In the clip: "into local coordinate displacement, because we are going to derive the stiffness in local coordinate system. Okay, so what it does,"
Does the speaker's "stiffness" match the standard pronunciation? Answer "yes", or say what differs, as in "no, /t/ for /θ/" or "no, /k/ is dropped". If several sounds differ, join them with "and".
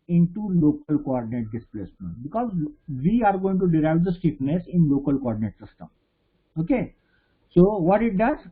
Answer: no, /p/ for /f/